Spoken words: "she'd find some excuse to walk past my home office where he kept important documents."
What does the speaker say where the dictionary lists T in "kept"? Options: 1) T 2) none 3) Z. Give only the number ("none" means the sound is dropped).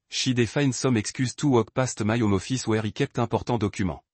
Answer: 1